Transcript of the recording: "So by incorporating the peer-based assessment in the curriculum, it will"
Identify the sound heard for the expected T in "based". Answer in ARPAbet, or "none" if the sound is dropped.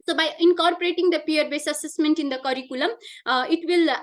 none